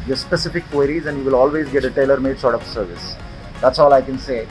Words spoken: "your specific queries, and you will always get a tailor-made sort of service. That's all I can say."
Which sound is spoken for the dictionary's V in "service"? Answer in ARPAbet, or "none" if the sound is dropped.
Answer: V